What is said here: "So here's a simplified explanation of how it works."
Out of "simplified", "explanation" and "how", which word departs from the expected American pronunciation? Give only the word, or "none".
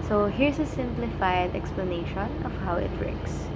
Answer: none